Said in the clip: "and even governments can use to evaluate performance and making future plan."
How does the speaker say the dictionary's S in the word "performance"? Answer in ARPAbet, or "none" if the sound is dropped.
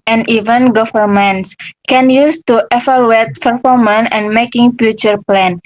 none